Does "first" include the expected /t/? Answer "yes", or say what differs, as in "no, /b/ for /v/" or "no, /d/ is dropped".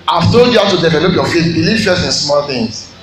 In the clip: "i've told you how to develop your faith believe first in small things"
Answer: no, /t/ is dropped